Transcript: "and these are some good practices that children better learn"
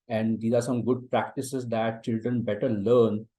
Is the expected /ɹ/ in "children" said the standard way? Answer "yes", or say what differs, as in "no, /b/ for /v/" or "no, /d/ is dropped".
yes